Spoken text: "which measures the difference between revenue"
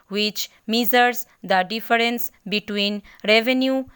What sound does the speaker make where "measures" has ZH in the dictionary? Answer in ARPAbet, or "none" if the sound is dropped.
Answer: Z